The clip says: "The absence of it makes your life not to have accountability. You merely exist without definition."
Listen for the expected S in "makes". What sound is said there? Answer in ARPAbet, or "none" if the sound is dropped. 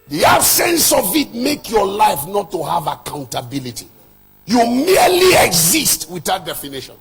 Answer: none